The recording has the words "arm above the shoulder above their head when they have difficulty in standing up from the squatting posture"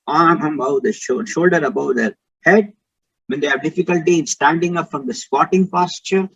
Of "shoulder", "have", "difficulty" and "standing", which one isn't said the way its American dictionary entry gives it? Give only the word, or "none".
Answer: none